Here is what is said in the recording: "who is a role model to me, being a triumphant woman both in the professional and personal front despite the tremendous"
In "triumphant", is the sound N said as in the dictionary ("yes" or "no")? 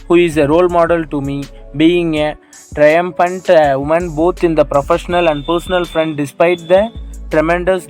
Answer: yes